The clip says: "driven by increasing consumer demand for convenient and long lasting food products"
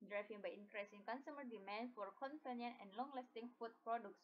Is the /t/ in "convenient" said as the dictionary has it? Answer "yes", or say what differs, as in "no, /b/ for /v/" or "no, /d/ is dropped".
no, /t/ is dropped